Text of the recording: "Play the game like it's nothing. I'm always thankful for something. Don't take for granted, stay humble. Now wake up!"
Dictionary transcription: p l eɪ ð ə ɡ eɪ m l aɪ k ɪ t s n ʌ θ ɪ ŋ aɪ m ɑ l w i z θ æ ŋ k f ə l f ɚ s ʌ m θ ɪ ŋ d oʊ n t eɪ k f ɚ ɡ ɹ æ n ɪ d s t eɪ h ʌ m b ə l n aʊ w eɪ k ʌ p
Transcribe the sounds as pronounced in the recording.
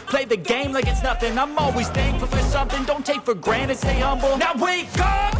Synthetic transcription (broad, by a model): p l eɪ ð ə ɡ eɪ m l aɪ k ɪ t s n ʌ θ ɪ ŋ aɪ m ɑ l w i z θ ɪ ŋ f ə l f ɚ s ʌ m θ ɪ ŋ d oʊ n t eɪ k f ɚ ɡ ɹ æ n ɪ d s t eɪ h ʌ m b l n aʊ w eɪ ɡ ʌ